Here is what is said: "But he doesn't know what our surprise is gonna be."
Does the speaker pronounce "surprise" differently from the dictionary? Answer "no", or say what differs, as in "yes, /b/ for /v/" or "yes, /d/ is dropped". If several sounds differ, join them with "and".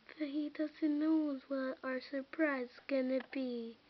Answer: yes, /z/ is dropped